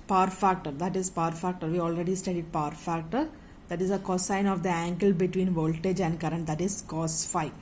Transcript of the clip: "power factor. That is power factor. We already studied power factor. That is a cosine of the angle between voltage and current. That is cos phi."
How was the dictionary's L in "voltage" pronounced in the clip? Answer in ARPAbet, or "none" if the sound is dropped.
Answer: L